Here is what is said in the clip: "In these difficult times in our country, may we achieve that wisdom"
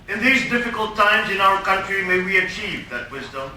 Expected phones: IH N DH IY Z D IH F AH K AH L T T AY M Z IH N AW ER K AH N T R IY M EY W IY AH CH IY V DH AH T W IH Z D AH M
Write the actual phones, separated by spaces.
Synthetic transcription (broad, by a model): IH N DH IY Z D IH F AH K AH L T T AY M Z IH N AW ER K AH N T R IY M EY W IY AH CH IY V DH AH T W IH Z D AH M